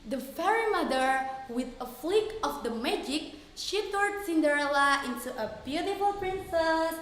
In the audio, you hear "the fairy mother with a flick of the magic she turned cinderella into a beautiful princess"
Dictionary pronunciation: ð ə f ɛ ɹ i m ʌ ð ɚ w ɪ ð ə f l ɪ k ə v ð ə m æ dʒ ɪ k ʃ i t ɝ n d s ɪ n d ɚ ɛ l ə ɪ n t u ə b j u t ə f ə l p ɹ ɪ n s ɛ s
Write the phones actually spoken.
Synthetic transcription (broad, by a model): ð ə f ɛ ɹ i m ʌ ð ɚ w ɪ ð ə f l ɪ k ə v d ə m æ dʒ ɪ k ʃ i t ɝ d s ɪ n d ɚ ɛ l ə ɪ n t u ə b j u t ə f ə l p ɹ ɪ n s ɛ s